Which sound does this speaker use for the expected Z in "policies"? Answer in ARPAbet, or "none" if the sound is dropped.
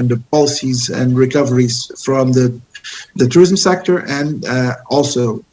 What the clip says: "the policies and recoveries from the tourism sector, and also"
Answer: Z